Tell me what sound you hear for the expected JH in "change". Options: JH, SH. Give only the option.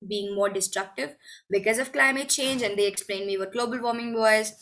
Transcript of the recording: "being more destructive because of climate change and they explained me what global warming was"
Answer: JH